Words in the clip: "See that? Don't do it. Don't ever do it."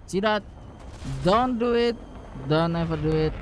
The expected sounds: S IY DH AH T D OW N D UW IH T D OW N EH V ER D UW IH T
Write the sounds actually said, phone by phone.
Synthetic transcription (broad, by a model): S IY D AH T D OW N D UW IH T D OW N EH F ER D UW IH T